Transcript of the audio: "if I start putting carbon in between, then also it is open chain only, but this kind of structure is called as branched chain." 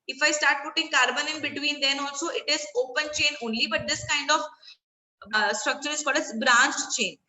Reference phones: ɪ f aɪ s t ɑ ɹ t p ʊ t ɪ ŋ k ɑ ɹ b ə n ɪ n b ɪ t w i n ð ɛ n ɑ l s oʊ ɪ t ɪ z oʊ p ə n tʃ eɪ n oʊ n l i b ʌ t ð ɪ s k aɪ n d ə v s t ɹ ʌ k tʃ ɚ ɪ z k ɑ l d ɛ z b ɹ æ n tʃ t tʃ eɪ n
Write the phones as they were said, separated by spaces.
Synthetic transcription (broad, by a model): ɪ f aɪ s t ɑ ɹ t p ʊ t ɪ ŋ k ɑ ɹ b ə n ɪ n b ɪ t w i n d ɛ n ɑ l s oʊ ɪ t ɪ z oʊ p ə n tʃ eɪ n oʊ n l i b ʌ t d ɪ s k aɪ n d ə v s t ɹ ʌ k tʃ ɚ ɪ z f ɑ d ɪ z b ɹ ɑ n tʃ tʃ eɪ n